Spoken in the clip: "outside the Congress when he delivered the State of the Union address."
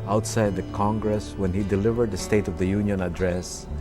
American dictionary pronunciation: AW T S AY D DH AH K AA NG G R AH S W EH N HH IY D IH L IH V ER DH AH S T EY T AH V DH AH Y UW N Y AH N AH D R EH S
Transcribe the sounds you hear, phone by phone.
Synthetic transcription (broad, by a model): AW T S AY D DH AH K AA NG G R AH S W EH N HH IY D IH L IH V ER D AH S T EY T AH V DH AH Y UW N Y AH N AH D R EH S